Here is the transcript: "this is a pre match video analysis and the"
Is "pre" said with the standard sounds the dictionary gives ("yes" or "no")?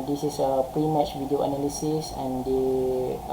yes